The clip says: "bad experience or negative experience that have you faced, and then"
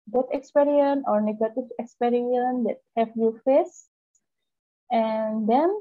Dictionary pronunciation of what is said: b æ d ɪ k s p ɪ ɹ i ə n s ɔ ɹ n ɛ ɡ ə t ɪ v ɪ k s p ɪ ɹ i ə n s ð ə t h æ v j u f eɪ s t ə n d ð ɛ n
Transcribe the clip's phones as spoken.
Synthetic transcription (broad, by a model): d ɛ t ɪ k s p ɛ ɹ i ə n ɔ ɹ n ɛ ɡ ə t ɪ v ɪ k s p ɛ ɹ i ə n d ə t h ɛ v j u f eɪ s ə n d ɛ n